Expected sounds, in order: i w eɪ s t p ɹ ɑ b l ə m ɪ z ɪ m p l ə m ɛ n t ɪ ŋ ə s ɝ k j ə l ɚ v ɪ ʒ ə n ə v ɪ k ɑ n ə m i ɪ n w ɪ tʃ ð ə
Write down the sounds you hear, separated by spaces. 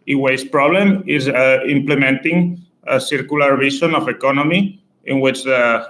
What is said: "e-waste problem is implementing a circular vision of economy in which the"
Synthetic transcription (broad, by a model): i w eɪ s p ɹ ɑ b l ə m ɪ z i m p l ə m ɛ n t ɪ ŋ ə s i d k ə l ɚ b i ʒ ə n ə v ɪ k ɑ n ə m i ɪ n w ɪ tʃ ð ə